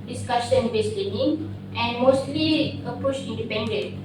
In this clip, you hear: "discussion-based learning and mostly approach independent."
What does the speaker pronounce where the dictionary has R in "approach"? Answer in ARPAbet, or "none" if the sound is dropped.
none